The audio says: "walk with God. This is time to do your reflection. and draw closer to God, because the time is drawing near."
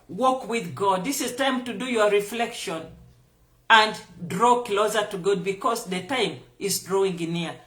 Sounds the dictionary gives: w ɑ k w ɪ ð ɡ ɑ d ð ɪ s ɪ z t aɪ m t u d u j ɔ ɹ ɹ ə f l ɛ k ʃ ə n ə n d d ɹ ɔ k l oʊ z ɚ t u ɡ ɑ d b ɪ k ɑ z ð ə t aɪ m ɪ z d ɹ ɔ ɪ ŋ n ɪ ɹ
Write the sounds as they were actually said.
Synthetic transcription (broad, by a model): w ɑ k w ɪ ð ɡ ɑ d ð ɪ s ɪ z t aɪ m t u d u j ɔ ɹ ɹ ə f l ɛ k ʃ ə n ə n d d ɹ ɔ k l oʊ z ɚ t u ɡ ɑ d b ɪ k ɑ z ð ə t aɪ m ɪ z d ɹ ɔ ɪ ŋ n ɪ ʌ